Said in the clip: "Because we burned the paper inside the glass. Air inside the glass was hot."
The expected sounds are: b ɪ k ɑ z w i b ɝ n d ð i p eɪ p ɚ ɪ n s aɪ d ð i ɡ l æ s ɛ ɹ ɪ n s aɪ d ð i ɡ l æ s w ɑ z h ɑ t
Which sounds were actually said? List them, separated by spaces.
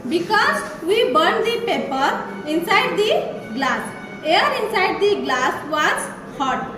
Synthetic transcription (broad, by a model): b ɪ k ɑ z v i b ɝ n d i p eɪ p ɚ ɪ n s aɪ d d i ɡ l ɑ s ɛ ɹ ɪ n s aɪ d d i ɡ l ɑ s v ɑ s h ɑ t